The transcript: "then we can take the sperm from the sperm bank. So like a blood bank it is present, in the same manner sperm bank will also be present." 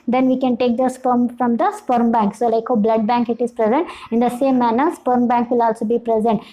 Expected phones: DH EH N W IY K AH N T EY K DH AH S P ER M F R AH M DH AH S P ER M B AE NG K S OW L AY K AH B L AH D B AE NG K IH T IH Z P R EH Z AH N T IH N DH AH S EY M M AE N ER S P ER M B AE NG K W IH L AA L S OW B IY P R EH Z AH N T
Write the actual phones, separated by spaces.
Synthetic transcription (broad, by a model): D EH N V IY K AH N T EY K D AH S P ER M F R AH M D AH S P ER M B AE NG K S OW L AY K AH B L AH D B AE NG K IH T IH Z P R EH Z AH N T IH N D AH S EY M M AE N ER S P ER M B AE NG K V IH L AA L S OW B IY P R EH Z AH N T